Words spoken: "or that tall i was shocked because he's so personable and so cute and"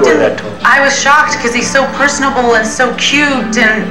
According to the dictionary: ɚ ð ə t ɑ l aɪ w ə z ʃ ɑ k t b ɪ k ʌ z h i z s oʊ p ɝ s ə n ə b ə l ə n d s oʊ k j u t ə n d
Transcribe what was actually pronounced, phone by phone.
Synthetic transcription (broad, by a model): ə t ɑ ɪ w ə z ʃ ɑ k t k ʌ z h i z s oʊ p ɝ s n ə b l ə n s oʊ k j u t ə n